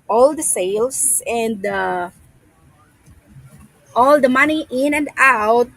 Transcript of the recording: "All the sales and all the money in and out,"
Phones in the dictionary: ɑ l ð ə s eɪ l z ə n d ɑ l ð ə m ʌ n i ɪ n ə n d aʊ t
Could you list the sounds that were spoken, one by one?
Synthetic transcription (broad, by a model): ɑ l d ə s eɪ l s ə n d ɑ l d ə m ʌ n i ɪ n ə n d aʊ t